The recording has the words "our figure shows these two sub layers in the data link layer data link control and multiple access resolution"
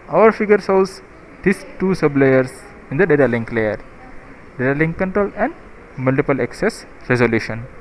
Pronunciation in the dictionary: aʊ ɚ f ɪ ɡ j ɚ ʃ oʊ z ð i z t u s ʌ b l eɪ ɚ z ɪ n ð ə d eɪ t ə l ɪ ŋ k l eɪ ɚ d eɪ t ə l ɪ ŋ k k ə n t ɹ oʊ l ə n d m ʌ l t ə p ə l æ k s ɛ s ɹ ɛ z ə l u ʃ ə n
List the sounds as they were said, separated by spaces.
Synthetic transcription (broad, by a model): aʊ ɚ f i ɡ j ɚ s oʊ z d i s t u s ʌ b l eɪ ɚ s ɪ n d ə d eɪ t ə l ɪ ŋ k l eɪ ɚ d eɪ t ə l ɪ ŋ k k ə n t ɹ oʊ l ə n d m ʌ l t ə p ə l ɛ k s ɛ s ɹ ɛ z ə l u ʃ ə n